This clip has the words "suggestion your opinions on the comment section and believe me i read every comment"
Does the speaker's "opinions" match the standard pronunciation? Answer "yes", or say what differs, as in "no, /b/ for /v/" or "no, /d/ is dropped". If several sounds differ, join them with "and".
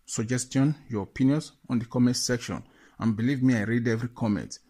no, /s/ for /z/